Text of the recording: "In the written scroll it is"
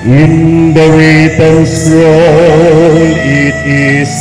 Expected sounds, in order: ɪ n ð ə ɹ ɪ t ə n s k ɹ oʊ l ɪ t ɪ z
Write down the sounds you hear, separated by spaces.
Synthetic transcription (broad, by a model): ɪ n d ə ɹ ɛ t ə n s ɹ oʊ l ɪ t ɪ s